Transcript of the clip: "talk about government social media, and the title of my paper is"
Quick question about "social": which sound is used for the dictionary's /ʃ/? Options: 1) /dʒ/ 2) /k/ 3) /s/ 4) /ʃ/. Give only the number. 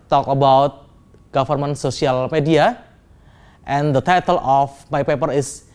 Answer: 3